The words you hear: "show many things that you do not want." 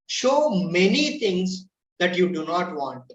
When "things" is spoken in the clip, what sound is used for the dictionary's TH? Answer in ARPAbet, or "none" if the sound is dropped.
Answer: T